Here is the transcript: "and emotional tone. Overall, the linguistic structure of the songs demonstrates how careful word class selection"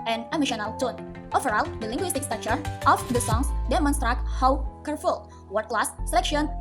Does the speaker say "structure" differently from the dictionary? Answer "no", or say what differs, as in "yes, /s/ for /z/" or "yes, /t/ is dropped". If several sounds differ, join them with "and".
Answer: yes, /ɹ/ is dropped and /k/ is dropped